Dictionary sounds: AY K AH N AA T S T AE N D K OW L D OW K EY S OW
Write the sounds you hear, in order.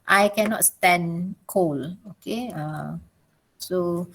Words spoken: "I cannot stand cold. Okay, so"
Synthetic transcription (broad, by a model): AY K AH N AA T S T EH N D K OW L OW K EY S OW